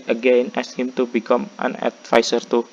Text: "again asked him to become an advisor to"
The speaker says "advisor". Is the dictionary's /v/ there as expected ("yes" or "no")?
no